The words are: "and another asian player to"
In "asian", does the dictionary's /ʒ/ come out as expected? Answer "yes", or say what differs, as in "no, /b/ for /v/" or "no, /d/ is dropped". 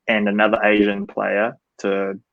yes